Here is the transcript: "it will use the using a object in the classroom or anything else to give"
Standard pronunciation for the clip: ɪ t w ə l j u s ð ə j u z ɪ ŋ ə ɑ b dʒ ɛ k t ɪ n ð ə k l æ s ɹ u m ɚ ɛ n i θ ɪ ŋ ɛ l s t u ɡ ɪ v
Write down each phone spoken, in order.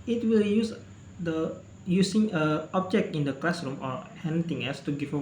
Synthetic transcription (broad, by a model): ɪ t w ə l j u s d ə j u s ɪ ŋ ə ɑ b dʒ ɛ k t ɪ n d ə k l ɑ s ɹ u m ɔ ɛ n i t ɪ ŋ ɛ l s t u ɡ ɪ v